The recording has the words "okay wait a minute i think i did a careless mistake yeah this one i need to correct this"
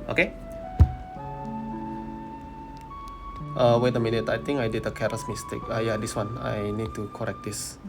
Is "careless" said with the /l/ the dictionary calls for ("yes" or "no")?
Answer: no